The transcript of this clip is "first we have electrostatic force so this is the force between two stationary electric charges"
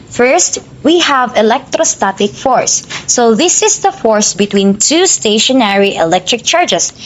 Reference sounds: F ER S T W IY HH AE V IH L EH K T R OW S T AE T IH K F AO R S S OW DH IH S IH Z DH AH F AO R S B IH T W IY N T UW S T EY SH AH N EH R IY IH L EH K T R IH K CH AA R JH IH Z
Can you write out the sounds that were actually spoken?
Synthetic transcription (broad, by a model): F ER S T W IY HH AE V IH L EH K T R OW S T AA T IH K F AO R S S OW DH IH S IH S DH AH F AO R S B IH T W IY N T UW S T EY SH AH N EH R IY IH L EH K T R IH K CH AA R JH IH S